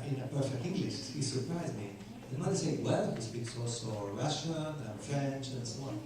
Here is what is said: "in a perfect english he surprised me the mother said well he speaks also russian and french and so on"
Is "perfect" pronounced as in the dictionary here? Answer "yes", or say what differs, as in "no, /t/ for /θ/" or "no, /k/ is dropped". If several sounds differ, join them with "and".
yes